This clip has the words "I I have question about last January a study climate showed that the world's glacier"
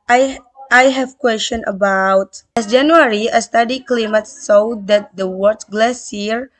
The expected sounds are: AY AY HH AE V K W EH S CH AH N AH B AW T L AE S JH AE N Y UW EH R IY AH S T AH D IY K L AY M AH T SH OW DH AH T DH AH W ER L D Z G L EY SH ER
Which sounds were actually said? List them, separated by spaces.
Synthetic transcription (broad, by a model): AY AY HH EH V K W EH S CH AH N AH B AW T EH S JH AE N Y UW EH R IY AH S T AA D IY K L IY M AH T S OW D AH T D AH W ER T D G L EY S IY